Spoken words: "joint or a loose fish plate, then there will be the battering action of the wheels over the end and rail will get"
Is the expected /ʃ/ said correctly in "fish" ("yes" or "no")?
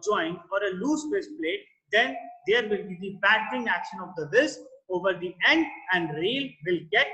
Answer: no